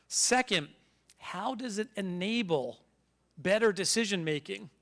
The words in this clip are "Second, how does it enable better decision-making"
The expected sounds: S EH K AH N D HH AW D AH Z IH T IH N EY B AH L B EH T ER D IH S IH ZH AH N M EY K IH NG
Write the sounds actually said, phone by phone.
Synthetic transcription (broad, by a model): S EH K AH N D HH AW D AH Z IH T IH N EY B L B EH T ER D IH S IH ZH AH N M EY K IH NG